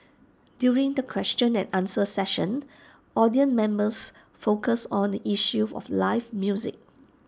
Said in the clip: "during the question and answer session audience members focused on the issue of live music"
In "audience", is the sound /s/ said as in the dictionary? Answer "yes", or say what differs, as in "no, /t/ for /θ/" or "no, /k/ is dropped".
no, /s/ is dropped